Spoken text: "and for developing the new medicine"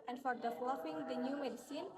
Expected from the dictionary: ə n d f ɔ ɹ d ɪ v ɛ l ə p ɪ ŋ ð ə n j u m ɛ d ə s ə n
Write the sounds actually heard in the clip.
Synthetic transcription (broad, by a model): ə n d f ɔ ɹ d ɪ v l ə f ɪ ŋ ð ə n j u m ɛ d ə s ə n